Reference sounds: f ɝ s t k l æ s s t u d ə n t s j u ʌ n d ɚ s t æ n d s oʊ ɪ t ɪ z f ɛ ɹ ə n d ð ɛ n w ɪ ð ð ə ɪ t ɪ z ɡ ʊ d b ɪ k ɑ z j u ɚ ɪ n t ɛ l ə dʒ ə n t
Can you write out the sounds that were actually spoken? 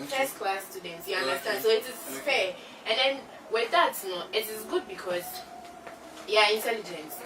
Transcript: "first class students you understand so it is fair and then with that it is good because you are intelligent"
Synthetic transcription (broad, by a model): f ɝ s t k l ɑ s s t u d ə n t s j u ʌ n d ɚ s t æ n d s oʊ ɪ t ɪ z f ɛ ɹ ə n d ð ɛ n w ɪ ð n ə ɪ t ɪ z ɡ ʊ d b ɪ k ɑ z j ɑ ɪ n t ɛ l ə dʒ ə n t